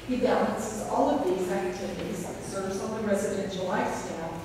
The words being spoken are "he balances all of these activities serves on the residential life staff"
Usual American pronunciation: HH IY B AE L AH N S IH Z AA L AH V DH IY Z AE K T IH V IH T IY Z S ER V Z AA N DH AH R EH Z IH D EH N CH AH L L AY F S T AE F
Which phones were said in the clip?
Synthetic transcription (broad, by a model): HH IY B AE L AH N S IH Z AA L AH V DH IY Z AE K T IH V IH T IY Z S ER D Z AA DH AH R EH Z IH D EH N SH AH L L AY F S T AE